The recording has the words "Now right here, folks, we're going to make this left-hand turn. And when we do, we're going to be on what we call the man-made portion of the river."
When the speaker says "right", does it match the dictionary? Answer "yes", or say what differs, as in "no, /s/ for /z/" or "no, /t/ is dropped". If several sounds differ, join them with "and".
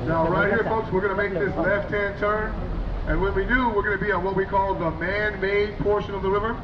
yes